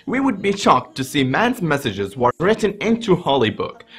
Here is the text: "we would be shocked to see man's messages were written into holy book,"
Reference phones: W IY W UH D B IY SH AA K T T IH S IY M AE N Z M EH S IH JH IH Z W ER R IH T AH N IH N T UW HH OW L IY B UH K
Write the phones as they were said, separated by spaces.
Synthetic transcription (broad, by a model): W IY W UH D B IY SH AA K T T IH S IY M AE N Z M EH S IH JH IH Z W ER R IH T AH N IH N T UW HH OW L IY B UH K